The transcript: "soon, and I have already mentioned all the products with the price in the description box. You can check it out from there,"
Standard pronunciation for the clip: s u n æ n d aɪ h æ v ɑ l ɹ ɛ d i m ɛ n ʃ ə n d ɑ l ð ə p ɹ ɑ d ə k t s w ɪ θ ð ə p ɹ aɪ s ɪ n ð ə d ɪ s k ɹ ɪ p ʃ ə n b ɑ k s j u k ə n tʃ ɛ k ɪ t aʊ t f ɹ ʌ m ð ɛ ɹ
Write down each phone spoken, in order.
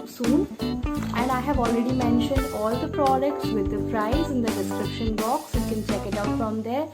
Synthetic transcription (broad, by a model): s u n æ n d aɪ h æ v ɑ l ɹ ɛ d i m ɛ n ʃ ə n d ɑ l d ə p ɹ ɑ d ə k t s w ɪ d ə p ɹ aɪ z ɪ n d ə d ɪ s k ɹ ɪ p ʃ ə n b ɑ k s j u k ə n tʃ ɛ k ɪ t aʊ t f ɹ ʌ m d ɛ ɹ